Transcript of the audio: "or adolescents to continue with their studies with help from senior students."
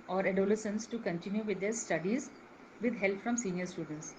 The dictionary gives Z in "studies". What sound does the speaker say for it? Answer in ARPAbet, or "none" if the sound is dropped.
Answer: Z